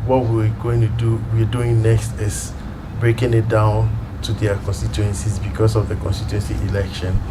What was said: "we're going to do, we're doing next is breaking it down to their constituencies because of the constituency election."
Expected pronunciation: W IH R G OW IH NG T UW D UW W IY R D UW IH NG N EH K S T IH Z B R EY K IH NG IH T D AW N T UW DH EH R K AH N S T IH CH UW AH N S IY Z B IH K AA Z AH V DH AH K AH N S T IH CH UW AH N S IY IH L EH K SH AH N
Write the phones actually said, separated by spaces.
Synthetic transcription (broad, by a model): W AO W G OW IH NG T UW D UW W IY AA D UW IH NG N EH K S T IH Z B R EY K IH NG IH T D AW N T UW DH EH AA K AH N S T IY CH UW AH N S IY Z B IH K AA S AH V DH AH K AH N S T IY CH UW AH N S IY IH L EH K SH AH N